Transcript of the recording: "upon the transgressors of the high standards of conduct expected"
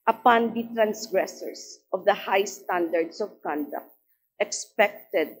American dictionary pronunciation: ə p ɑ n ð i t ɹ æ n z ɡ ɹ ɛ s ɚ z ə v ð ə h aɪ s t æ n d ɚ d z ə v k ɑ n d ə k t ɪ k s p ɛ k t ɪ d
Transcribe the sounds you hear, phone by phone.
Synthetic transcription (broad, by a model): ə p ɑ n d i t ɹ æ n s ɡ ɹ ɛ s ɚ s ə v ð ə h aɪ s t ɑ n d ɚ d s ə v k ɑ n d ə k t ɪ k s p ɛ k t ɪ d